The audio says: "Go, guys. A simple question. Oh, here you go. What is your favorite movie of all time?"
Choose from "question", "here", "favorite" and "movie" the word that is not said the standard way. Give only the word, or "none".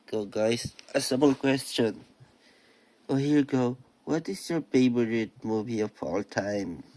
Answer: favorite